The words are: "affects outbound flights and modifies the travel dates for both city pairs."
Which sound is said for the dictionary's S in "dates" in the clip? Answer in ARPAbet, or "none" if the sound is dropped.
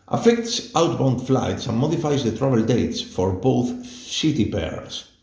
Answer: S